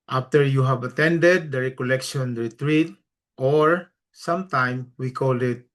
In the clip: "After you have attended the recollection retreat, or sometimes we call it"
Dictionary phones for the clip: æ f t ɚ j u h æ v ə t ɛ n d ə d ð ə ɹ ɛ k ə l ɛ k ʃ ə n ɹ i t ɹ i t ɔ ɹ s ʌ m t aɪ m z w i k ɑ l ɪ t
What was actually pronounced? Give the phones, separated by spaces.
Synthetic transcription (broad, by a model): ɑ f t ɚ j u h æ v ə t ɛ n d ə d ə ɹ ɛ k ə l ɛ k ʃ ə n ɹ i t ɹ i t ɔ ɹ s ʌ m t aɪ m w i k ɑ l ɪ t